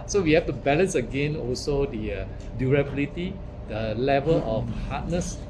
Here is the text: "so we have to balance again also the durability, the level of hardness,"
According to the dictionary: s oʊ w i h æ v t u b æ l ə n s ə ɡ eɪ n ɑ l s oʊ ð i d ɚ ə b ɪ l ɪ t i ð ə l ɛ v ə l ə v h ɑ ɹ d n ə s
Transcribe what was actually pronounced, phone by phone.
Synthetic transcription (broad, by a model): s oʊ w i h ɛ f t u b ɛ l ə n s ə ɡ eɪ n ɑ l s oʊ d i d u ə b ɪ l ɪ t i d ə l ɛ v ə l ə f h ɑ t n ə s